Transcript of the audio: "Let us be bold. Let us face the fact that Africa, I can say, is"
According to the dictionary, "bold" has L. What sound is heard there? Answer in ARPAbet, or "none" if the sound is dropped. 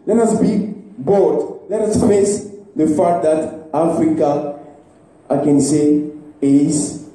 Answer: none